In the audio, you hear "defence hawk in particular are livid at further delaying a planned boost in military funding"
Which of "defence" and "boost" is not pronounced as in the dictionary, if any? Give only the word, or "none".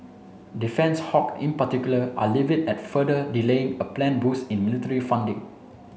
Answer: boost